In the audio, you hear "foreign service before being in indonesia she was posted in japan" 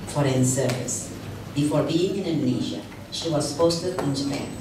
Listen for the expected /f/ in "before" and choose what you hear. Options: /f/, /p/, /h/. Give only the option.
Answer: /f/